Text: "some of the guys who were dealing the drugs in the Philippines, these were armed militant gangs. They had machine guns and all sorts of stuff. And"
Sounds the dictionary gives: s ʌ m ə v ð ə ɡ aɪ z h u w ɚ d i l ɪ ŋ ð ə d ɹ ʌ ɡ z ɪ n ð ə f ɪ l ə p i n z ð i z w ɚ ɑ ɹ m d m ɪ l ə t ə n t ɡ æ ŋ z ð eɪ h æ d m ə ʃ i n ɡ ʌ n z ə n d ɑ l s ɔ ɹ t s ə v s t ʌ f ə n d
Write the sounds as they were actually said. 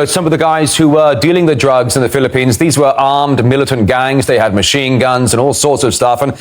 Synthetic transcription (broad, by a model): s ʌ m ə v ð ə ɡ aɪ z h u w ɚ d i l ɪ ŋ ð ə d ɹ ʌ ɡ z ɪ n ð ə f ɪ l ə p i n z ð i z w ɚ ɑ ɹ m d m ɪ l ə t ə n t ɡ æ ŋ z ð eɪ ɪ d m ə ʃ i n ɡ ʌ n z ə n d ɑ l s ɔ ɹ t s ə v s t ʌ f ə n